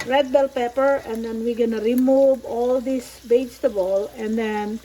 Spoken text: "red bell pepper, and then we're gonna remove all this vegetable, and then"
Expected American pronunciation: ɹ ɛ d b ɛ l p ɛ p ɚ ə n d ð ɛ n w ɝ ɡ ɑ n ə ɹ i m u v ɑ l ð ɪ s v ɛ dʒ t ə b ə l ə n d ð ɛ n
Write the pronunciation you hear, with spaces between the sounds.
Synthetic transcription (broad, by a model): ɹ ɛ d b ɛ l p ɛ p ɚ ə n d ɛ n w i ɡ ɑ n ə ɹ i m u v ɑ l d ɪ s b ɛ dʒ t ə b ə l ə n d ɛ n